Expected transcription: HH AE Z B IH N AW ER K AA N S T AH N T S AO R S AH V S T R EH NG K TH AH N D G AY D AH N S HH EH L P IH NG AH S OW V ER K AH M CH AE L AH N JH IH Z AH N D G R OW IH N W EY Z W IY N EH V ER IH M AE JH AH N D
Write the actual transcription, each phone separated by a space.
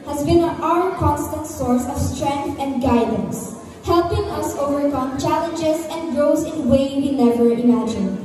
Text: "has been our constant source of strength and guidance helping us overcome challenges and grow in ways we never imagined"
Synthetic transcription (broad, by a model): HH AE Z B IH N AW ER K AA N S T AH N T S AO R S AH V S T R EH NG K TH AH N D G AY D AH N S HH EH L P IH NG AH S OW V ER K AH M CH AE L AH N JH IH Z AH N D G R OW IH N W EY W IY N EH V ER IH M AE JH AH N